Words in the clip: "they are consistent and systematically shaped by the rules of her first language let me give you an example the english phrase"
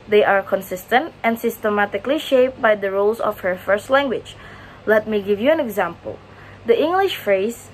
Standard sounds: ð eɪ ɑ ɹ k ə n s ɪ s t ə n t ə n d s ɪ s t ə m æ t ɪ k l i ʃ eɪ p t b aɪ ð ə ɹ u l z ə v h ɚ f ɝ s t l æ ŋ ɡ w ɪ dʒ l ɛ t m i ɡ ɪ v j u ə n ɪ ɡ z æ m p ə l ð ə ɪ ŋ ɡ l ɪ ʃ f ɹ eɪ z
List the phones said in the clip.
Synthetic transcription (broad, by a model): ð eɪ ɑ ɹ k ə n s ɪ s t ə n t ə n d s ɪ s t ə m æ t ɪ k l i ʃ eɪ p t b aɪ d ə ɹ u l s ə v h ɚ f ɝ s t l æ ŋ ɡ w ɪ dʒ l ɛ t m i ɡ ɪ v j u ə n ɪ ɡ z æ m p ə l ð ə ɪ ŋ ɡ l ɪ ʃ f ɹ eɪ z